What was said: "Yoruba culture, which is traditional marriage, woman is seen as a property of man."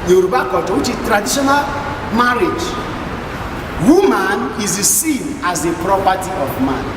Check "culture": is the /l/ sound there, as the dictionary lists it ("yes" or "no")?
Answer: no